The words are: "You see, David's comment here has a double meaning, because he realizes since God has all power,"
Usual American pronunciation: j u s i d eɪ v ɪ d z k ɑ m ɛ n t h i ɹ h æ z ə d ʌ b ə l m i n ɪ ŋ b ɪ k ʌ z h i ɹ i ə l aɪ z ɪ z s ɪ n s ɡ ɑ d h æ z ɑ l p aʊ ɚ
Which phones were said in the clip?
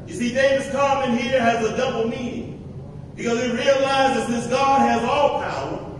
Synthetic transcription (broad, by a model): j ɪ s i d eɪ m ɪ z k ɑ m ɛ n h i ɹ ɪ z ə d ʌ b l m i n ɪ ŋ b ɪ k ʌ z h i ɹ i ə l aɪ z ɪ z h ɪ s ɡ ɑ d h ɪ z ɑ l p aʊ ɚ